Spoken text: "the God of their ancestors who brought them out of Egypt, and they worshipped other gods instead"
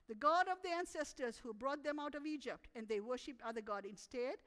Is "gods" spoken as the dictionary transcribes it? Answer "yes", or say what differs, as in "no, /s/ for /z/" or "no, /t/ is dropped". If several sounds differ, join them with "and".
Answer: no, /z/ is dropped